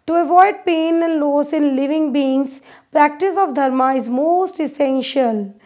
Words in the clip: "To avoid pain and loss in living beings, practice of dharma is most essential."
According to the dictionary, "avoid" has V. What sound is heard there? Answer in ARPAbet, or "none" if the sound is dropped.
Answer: V